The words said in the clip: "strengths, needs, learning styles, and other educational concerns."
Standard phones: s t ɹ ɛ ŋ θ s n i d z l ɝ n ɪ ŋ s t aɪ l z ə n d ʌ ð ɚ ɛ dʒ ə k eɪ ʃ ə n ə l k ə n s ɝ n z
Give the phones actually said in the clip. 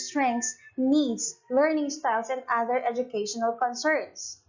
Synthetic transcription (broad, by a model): s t ɹ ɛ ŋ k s n i d s l ɝ n ɪ ŋ s t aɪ l s ə n d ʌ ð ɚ ɛ dʒ ə k eɪ ʃ ə n ə l k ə n s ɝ n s